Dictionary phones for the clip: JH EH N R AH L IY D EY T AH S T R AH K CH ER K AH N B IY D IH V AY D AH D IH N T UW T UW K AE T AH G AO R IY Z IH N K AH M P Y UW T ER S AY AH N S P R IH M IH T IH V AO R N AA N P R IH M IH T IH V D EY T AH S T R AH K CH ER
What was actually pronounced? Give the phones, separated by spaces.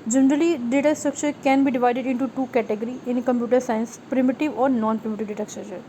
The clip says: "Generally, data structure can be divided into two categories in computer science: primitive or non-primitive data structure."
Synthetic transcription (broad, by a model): JH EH N R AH L IY D EY T AH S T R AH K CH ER K AH N B IY D IH V AY D AH D IH N T UW T UW K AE T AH G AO R IY IH N K AH M P Y UW T ER S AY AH N S P R IH M IH T IH V AO R N AA N P R IH M IH T IH V D EY T AH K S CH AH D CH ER